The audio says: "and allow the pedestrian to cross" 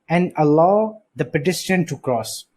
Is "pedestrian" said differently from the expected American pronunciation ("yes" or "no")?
yes